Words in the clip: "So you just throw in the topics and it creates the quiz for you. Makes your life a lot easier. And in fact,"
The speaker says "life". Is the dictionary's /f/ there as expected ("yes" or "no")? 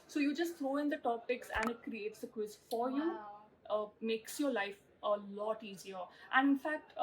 yes